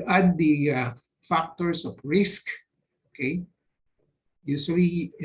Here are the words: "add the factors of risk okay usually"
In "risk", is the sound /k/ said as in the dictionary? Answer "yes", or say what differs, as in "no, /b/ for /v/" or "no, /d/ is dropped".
yes